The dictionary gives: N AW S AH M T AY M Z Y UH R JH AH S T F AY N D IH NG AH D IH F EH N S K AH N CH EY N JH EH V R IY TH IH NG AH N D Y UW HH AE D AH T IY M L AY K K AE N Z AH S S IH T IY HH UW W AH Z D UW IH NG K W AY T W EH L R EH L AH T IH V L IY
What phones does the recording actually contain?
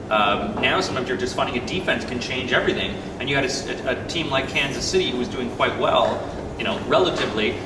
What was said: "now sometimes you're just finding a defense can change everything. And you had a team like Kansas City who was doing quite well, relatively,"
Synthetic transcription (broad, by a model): N AW S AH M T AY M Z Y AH R JH AH S T F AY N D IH NG AH D IH F EH N S K AH N CH EY N JH EH V R IY TH IH NG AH N Y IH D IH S AH T IY M L AY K K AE N Z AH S S IH T IY HH UW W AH Z D UW IH NG K W AY T W EH L R EH L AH T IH V L IY